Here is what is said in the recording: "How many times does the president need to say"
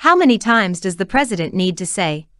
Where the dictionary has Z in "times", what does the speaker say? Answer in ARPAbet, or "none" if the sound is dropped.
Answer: Z